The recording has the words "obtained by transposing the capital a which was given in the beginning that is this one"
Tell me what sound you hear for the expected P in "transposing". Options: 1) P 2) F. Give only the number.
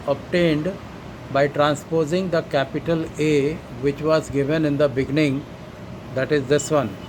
1